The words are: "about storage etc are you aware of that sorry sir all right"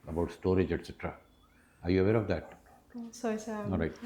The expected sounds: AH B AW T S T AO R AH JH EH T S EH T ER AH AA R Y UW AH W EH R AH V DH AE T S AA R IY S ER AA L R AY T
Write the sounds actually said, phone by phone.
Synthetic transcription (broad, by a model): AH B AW T S T AO R AH JH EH T S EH T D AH AA R Y UW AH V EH R AH V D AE T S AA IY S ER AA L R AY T